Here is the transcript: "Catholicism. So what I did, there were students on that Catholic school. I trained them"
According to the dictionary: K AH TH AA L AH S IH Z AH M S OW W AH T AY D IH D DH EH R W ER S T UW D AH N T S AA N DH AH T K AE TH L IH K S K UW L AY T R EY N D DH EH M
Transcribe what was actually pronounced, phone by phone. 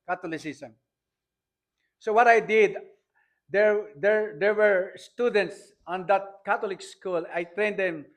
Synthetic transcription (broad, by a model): K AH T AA L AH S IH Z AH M S OW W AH T AY D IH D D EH R W ER S T UW D AH N T S AA N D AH T K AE T L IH K S K UW L AY T R EY N D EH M